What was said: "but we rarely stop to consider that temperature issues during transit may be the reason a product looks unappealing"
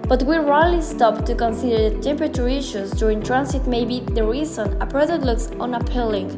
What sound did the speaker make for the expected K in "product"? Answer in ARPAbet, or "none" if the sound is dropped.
none